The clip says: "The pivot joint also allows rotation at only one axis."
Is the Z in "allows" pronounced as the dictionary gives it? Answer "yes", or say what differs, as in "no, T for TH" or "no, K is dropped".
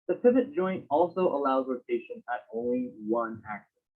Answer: yes